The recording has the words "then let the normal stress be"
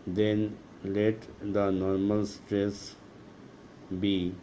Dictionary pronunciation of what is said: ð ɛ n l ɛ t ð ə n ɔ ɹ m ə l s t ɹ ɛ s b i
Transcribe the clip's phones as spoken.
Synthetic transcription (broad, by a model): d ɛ n l ɛ t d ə n ɔ ɹ m ə l s t ɹ ɛ s b i